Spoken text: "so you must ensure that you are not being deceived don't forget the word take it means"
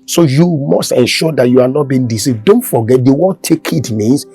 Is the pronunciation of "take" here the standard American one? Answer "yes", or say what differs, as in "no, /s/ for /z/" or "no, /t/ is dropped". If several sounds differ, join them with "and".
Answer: yes